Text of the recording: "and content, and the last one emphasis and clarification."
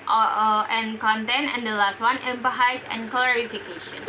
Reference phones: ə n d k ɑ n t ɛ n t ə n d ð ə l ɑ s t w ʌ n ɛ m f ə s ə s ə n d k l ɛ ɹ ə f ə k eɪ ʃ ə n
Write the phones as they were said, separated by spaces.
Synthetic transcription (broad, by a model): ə n k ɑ n t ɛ n ə n d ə l ɑ s t w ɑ n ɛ m p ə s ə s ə n k l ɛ ɹ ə f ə k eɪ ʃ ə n